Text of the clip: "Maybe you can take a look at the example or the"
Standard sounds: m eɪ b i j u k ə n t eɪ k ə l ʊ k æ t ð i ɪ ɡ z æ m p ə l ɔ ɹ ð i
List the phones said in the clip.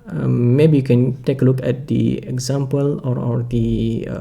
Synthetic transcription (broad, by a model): m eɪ b i j u k ə n t eɪ k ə l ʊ k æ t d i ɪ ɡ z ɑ m p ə l ɔ ɹ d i